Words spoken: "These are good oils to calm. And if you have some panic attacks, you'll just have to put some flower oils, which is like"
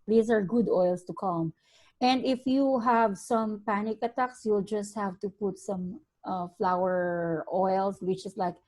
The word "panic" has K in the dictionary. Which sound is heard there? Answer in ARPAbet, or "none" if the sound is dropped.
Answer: K